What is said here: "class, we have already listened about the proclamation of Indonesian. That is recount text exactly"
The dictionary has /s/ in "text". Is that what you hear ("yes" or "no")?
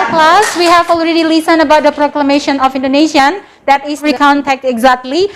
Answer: no